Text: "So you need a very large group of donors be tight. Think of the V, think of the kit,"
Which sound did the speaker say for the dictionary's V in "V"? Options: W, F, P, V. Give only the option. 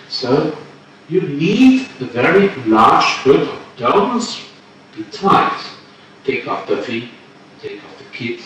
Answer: F